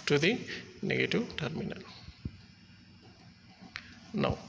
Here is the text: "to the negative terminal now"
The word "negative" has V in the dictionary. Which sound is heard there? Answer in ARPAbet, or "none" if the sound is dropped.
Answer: W